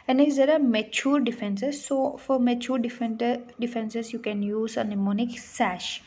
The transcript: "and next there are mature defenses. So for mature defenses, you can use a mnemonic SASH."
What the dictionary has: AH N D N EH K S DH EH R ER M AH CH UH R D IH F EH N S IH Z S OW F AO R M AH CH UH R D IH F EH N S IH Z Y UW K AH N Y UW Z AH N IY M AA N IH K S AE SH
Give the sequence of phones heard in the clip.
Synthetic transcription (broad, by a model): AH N N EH S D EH R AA M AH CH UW R D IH F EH N S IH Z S OW F AO R M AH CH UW R D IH F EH N S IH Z Y UW K AH N Y UW Z AH N IY M AA N IH K S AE SH